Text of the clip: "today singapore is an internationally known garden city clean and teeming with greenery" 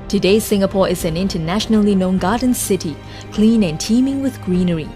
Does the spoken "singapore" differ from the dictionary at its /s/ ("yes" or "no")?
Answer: no